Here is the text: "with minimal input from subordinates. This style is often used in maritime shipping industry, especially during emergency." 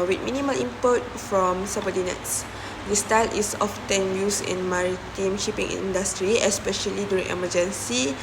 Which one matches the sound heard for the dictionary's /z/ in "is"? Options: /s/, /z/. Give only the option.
/s/